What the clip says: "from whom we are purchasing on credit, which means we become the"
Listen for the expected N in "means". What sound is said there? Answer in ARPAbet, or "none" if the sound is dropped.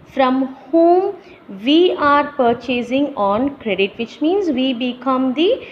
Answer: N